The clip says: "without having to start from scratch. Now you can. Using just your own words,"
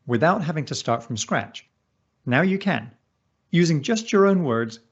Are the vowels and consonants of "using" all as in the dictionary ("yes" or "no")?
yes